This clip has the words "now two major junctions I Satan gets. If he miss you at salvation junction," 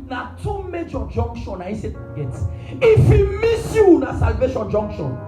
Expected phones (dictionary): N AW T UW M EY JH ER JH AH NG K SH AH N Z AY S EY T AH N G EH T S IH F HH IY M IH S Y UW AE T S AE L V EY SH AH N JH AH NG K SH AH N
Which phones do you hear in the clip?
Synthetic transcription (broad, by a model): N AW T UW M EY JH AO JH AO NG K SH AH N AY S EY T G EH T IH F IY M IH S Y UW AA S AE L V EY SH AH N JH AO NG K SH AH N